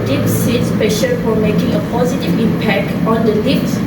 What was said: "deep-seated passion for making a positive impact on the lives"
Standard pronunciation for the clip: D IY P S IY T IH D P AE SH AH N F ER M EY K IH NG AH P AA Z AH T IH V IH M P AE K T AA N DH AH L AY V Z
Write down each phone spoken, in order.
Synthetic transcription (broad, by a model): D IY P S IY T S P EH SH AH L F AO M EY K IH NG AH P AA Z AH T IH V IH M P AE K T AA N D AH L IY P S